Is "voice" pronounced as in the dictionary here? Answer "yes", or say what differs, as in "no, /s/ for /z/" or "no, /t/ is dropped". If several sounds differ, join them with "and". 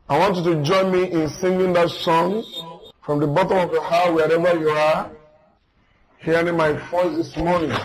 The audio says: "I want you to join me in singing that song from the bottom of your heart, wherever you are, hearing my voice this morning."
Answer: no, /f/ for /v/